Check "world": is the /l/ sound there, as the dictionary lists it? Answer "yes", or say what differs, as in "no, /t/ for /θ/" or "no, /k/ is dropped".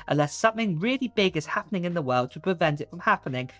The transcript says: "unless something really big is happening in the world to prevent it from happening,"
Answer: yes